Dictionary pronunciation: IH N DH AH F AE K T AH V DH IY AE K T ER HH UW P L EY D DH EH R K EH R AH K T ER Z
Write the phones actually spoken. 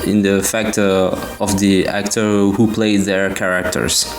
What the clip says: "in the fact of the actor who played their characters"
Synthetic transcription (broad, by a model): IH N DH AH F AE K T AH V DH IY AE K T ER HH UW P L EY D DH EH R K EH R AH K T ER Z